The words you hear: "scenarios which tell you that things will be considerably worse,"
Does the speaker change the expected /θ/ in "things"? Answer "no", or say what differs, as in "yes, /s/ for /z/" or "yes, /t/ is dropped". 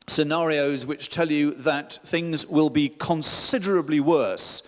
no